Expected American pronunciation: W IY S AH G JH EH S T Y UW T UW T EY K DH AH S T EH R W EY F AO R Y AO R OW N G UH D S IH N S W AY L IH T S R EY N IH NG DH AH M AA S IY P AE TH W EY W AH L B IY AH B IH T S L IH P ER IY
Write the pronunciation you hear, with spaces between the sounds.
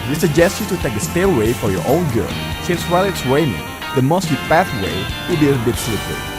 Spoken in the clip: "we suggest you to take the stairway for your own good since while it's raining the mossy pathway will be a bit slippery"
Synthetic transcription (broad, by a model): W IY S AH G JH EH S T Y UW T UW T EY K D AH S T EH L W EY F AO R Y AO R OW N G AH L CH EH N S W AY L IH T S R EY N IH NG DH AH M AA S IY P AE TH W EY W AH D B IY AH B IH T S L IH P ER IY